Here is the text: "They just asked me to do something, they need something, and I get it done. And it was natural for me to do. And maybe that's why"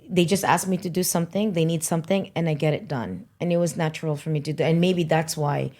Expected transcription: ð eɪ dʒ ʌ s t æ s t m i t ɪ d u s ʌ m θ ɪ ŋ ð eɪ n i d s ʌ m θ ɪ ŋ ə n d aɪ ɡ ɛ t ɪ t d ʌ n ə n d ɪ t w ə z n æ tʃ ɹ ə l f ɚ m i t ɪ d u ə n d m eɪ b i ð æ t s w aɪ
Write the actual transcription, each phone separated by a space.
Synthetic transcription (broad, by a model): ð eɪ dʒ ʌ s t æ s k m i t ɪ d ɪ s ʌ m θ ɪ ŋ ð eɪ n i d s ʌ m θ ɪ ŋ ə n aɪ ɡ ɛ t ɪ t d ʌ n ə n ɪ t w ə z n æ tʃ ɹ l f ɚ m i t ɪ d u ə n m eɪ b i ð æ t s w aɪ